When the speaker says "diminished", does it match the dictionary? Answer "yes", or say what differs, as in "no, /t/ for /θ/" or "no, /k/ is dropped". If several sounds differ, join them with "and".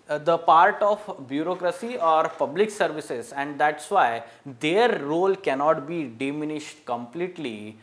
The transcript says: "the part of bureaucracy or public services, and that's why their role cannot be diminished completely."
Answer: yes